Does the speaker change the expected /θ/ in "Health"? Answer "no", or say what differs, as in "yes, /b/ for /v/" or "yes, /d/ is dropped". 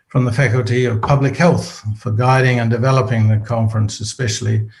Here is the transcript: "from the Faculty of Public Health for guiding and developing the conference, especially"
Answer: no